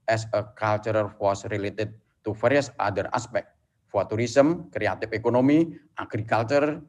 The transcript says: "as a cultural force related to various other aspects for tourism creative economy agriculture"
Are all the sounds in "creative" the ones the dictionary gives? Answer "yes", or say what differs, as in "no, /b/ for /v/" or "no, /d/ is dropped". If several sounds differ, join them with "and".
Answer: no, /f/ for /v/